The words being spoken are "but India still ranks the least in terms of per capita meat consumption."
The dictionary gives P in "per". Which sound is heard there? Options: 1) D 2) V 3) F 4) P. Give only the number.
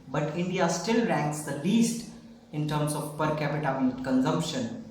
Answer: 4